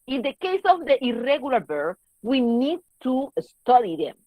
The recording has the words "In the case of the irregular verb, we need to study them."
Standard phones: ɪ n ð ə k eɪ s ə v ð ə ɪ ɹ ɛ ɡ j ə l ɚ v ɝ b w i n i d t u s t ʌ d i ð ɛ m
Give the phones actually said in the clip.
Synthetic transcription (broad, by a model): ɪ n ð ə k eɪ s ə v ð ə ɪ ɹ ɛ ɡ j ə l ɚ b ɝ w i n i d t u s t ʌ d i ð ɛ m